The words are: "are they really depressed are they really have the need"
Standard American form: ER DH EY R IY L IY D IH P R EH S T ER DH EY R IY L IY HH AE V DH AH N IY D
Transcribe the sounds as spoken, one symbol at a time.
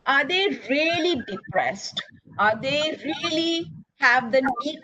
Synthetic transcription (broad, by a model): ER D EY R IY L IY D IH P R EH S T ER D EY R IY L IY HH AE V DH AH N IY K